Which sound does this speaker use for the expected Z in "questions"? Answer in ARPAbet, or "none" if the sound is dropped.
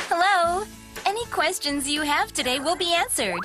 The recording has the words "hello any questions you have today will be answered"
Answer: Z